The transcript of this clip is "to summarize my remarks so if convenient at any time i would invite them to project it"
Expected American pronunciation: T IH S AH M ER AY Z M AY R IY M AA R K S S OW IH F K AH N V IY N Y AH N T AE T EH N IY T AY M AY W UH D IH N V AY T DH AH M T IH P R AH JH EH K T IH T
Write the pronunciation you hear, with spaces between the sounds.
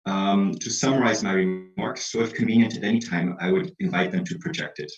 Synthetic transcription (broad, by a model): T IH S AH M ER AY Z M AY R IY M AA R K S S OW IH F K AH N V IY N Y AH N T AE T EH N IY T AY M AY W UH D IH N V AY T DH AH M T IH P R AH JH EH K T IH T